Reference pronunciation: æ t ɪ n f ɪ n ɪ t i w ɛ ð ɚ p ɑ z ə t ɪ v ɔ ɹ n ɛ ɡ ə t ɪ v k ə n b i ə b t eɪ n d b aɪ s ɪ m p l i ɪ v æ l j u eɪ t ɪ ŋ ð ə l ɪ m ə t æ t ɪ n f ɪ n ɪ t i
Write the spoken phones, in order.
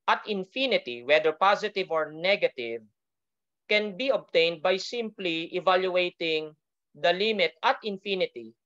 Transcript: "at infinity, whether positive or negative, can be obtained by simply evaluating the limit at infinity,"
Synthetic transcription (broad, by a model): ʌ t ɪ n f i n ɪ t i w ɛ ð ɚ p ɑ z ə t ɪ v ɔ ɹ n ɛ ɡ ə t ɪ v k ə n b i ə b t eɪ n d b aɪ s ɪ m p l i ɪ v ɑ l j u eɪ t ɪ ŋ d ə l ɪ m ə t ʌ t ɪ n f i n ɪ t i